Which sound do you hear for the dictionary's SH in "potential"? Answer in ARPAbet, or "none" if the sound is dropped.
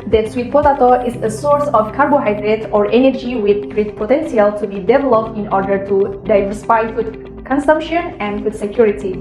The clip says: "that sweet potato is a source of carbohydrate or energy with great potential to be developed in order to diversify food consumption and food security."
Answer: S